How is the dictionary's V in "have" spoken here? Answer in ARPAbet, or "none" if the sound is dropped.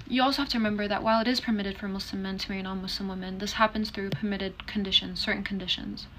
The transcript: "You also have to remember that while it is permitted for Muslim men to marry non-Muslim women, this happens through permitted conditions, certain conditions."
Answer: F